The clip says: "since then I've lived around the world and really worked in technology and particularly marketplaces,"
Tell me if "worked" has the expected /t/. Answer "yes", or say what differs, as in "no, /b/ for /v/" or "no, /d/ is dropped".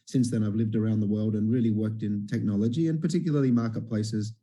yes